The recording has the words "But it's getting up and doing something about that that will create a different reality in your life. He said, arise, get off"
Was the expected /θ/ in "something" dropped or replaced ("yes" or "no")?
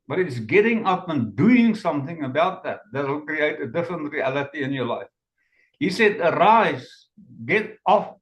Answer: no